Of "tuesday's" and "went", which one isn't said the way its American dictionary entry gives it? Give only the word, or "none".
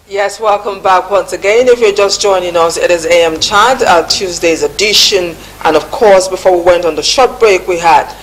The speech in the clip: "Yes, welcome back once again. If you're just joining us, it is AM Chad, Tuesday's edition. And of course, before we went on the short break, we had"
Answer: none